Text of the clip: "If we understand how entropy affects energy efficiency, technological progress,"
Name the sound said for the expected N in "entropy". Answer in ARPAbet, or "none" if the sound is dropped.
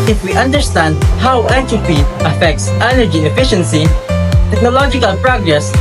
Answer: none